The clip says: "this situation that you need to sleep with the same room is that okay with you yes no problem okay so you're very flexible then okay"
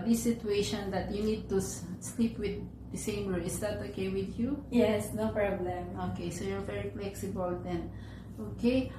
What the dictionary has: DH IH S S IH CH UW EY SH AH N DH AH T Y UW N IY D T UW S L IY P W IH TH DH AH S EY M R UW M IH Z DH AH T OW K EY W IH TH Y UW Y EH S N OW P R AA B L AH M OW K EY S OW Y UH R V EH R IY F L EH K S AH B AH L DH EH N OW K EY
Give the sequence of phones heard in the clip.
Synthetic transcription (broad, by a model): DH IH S S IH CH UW EY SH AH N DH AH T Y UW N IY D T UW S L IY P W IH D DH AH S EY M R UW IH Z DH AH T OW K EY W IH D Y UW Y EH S N OW P R AA B L AH M OW K EY S OW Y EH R V EH R IY F L EH K S AH B AH L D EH N OW K EY